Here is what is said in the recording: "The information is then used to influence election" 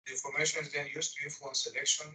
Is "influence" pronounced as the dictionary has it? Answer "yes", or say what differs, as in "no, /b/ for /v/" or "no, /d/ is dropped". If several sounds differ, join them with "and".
no, /l/ is dropped